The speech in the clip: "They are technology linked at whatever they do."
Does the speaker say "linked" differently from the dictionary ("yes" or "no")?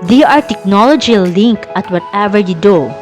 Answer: yes